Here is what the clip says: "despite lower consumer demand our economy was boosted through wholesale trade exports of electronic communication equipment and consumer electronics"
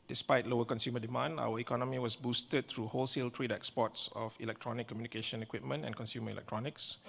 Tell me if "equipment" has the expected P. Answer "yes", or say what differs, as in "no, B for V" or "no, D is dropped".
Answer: yes